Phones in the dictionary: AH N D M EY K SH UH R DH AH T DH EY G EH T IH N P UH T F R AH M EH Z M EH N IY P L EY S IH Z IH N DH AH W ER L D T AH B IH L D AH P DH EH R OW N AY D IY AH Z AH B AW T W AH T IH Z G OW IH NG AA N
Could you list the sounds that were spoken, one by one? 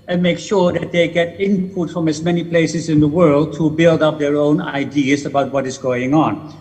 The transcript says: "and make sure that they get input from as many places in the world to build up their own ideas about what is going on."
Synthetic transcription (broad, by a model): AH N M EY K SH UH R DH AH T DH EY G EH T IH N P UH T F R AH M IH Z M EH N IY P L EY S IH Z IH N DH AH W ER L D T AH B IH L D AH P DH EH R OW N AY D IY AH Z AH B AW T W AH T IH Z G OW IH NG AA N